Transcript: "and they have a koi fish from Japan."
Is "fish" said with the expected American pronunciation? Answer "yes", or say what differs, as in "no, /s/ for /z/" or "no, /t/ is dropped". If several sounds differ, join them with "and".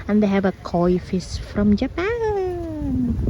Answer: no, /s/ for /ʃ/